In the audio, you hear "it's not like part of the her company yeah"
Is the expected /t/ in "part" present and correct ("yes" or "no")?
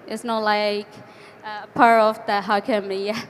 no